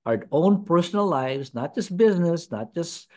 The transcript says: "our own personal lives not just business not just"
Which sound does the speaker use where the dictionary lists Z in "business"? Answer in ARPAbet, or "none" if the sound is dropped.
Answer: Z